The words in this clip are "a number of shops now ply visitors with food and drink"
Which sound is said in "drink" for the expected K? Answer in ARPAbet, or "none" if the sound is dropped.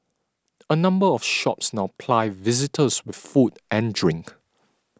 K